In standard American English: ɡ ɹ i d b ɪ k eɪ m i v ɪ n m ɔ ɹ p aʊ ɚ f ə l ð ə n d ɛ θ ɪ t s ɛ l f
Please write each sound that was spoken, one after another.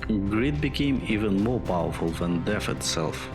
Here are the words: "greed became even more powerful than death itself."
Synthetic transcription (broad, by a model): ɡ ɹ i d b ɪ k eɪ m i v ɪ n m ɔ ɹ p aʊ ɚ f ə l ð ə n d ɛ f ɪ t s ɛ l f